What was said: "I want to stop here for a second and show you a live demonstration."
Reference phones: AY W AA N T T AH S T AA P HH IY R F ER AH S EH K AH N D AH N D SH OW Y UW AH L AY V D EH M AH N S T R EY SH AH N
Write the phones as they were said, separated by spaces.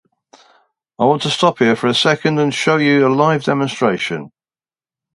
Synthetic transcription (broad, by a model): AY W AA N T T AH S T AA P HH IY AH F ER AH S EH K AH N D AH N SH OW Y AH AH L AY V D EH M AH N S T R EY SH AH N